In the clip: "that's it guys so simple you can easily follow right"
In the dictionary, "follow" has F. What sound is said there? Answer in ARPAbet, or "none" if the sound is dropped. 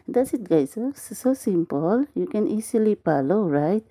P